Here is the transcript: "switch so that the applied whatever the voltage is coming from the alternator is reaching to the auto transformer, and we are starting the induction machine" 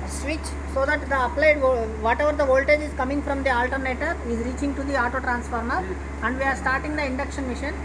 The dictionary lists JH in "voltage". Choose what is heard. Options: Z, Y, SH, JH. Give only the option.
JH